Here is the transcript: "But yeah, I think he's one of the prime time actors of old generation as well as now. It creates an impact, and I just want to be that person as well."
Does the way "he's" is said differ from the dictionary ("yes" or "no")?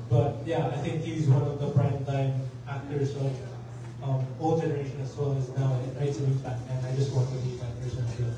no